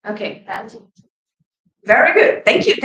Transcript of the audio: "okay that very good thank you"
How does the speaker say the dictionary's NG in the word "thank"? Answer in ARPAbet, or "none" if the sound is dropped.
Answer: NG